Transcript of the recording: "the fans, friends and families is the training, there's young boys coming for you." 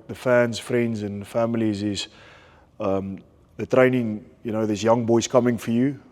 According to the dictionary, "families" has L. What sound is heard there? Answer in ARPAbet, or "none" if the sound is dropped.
L